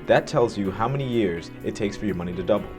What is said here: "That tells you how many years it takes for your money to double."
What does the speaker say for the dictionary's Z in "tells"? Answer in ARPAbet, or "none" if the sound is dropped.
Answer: Z